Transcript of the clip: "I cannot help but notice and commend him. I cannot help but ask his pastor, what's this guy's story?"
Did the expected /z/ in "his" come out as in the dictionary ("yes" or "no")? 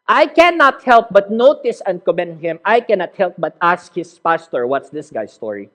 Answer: no